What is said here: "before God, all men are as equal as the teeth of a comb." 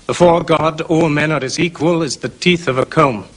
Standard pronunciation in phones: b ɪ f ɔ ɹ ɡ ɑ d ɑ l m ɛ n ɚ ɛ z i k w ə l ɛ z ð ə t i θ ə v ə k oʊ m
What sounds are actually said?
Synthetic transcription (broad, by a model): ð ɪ f ɔ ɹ ɡ ɑ d ɑ l m ɛ n ɚ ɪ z i k w ə l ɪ z ð ə t i θ ə v ə k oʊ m